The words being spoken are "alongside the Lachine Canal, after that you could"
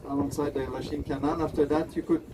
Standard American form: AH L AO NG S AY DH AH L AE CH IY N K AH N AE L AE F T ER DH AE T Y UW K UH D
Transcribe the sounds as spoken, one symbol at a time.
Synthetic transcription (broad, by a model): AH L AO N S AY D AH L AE SH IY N K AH N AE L AE F T ER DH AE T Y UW K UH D